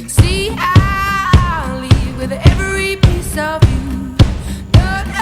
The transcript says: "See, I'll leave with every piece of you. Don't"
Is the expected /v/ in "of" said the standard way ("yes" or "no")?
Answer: yes